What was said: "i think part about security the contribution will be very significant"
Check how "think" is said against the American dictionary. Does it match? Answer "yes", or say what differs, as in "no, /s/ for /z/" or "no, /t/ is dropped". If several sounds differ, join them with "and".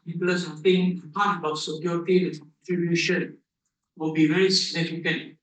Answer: no, /s/ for /θ/